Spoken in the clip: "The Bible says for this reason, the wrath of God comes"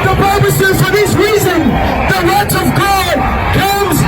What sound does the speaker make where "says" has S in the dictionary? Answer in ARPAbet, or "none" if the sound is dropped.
S